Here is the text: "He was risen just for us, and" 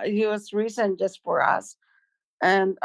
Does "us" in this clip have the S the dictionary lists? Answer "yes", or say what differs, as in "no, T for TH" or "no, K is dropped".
yes